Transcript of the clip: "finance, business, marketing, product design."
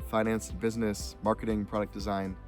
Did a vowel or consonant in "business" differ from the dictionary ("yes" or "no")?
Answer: no